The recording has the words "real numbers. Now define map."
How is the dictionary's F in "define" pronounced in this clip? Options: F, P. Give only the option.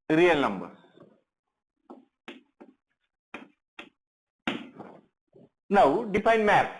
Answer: P